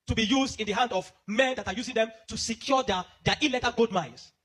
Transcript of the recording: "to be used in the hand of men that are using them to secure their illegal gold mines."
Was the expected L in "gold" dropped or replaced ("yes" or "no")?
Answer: yes